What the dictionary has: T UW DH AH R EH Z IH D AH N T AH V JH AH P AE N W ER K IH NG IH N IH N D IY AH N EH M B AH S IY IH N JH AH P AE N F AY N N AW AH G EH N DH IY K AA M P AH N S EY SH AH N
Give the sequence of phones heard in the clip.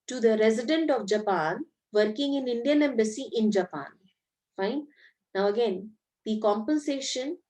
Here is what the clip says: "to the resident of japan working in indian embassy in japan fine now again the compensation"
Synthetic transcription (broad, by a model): T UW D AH R EH Z IH D AH N T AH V JH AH P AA N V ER K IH NG IH N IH N D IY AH N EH M B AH S IY IH N JH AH P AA N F AY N N AW AH G EH N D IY K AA M P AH N S EY SH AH N